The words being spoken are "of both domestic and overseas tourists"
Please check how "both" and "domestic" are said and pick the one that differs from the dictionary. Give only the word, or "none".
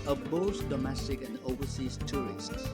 both